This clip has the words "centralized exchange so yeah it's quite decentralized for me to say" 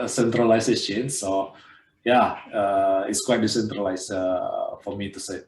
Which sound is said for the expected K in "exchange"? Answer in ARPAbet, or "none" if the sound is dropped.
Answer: none